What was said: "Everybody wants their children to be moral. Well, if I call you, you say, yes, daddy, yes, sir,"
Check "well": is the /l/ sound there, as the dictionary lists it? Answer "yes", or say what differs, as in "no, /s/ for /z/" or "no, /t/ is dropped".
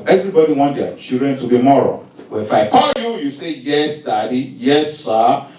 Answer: no, /n/ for /l/